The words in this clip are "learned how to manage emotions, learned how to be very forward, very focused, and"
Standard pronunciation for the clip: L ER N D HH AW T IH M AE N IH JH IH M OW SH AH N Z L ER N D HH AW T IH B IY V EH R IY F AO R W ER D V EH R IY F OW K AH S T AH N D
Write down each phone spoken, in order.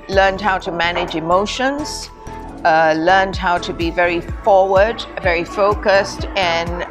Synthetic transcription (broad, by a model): L ER N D HH AW T IH M AE N IH JH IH M OW SH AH N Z L ER N D HH AW T IH B IY V EH R IY F AO R W ER D V EH R IY F OW K AH S T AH N